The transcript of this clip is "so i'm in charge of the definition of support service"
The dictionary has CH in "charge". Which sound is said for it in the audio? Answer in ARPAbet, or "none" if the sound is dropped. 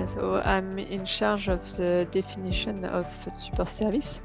SH